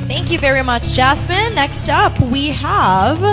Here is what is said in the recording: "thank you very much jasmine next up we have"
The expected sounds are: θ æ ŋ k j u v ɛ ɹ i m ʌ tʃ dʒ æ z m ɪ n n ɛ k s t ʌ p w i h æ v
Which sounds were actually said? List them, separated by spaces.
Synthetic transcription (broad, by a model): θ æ ŋ k j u v ɛ ɹ i m ʌ tʃ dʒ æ s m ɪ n n ɛ k s t ʌ p w i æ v